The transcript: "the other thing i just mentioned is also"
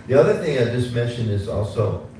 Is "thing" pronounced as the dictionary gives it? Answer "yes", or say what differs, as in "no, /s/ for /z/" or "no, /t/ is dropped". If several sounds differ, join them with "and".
yes